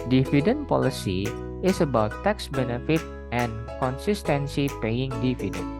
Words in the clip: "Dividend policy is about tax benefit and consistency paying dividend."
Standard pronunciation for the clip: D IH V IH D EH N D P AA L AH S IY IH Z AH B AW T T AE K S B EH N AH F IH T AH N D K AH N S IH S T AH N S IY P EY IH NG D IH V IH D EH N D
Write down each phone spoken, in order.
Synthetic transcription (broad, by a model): D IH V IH D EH N P AA L AH S IY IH S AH B AW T T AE K S B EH N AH F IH T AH N K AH N S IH S T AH N S IY P EY IH NG D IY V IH D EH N